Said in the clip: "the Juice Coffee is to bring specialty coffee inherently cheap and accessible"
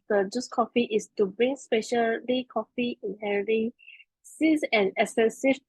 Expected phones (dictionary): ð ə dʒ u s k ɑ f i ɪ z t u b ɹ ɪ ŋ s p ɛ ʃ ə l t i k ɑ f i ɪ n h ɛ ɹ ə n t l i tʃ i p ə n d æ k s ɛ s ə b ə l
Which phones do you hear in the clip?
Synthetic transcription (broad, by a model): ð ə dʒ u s k ɑ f i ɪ s t u b ɹ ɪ ŋ s p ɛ ʃ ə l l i k ɑ f i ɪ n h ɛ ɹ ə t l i s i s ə n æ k s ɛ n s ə